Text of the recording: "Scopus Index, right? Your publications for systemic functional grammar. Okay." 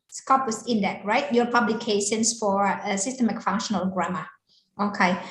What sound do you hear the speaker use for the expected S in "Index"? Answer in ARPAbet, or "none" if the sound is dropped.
none